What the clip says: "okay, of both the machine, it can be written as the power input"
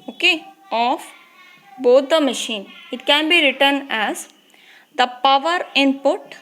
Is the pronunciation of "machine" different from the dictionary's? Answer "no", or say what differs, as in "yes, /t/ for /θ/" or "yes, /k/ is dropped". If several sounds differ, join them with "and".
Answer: no